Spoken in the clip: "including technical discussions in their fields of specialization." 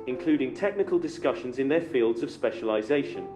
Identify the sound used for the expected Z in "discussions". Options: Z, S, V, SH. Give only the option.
Z